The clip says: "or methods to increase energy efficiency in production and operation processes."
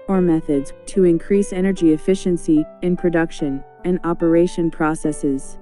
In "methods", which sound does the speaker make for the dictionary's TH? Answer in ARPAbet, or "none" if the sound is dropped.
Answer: TH